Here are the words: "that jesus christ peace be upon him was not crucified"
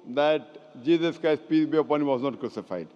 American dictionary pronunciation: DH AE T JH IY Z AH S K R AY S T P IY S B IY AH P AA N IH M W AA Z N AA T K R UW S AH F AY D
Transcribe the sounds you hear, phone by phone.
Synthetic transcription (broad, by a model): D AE T JH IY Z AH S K AY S P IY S B IY AH P AA N IH M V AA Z N AA T K R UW S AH F AY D